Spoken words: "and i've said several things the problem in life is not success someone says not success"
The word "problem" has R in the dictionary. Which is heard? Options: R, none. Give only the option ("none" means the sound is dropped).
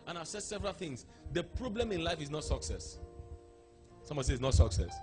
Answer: R